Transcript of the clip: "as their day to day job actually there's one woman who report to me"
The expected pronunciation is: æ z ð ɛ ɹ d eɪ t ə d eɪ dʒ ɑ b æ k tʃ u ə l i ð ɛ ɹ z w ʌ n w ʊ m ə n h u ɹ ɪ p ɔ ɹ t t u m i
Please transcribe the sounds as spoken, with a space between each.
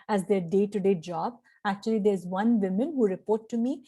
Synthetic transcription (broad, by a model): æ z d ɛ ɹ d eɪ t ə d eɪ dʒ ɑ b æ k tʃ u ə l i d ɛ ɹ z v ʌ n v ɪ m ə n h u ɹ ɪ p ɔ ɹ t t u m i